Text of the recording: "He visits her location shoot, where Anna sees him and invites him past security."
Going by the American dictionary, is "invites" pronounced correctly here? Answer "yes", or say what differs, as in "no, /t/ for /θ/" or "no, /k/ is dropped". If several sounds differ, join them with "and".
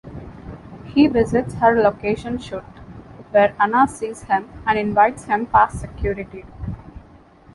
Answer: yes